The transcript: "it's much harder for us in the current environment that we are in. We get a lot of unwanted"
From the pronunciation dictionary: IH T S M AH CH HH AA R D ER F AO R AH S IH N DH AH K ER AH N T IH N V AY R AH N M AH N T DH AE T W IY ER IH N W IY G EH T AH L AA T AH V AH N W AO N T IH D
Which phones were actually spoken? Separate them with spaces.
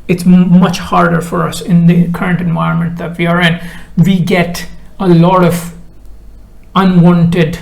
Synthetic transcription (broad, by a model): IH T S M AH CH HH AA R D ER F AO R AH S IH N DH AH K ER AH N T IH N V AY R AH N M AH N T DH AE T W IY ER IH N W IY G EH T AH L AA T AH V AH N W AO N T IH D